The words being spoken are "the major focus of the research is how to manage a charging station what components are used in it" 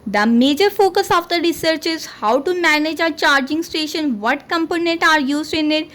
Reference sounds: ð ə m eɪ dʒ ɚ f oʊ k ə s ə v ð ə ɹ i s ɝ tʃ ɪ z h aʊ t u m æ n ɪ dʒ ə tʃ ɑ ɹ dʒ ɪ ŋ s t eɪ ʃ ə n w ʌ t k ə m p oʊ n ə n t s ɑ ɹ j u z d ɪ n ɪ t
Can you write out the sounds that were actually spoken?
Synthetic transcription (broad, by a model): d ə m eɪ dʒ ɚ f oʊ k ə s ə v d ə ɹ i s ɝ tʃ ɪ z h aʊ t u m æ n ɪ dʒ ə tʃ ɑ ɹ dʒ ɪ ŋ s t eɪ ʃ ə n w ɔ t k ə m p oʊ n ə n t ɑ ɹ j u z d ɪ n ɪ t